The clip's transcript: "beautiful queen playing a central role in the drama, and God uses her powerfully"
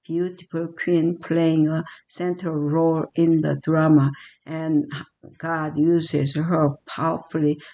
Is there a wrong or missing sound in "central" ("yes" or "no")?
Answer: yes